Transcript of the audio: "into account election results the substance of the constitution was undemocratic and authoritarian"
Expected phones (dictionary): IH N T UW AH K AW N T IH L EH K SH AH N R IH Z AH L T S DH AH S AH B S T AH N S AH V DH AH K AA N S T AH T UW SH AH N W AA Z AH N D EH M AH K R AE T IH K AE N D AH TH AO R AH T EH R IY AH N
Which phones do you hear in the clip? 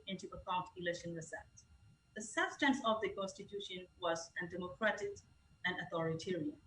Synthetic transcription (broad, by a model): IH N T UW AH K AW N T IH L EH K SH AH N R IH S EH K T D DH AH S AH B S T AH N S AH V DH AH K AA N S T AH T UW SH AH N W AA Z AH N D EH M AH K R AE T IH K AE N D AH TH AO R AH T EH R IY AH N